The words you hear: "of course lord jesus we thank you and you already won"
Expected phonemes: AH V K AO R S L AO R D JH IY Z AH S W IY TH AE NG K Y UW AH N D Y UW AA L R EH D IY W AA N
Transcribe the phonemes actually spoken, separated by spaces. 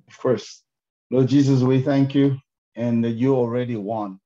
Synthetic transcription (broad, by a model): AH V K AO R S N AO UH JH IY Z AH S W IY TH AE NG K Y UW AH N Y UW AA L R EH D IY W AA N